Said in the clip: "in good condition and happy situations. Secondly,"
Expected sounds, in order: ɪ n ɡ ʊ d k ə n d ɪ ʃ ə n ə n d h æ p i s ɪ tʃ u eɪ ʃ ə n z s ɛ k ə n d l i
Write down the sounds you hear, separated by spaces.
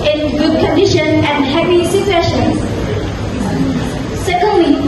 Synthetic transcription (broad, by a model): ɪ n ɡ ʊ d k ə n d ɪ ʃ ə n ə n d h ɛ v i s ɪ s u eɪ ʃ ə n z s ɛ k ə n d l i